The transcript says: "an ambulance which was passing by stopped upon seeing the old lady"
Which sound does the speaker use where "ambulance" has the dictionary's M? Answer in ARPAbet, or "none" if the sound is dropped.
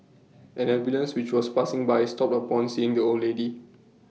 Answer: none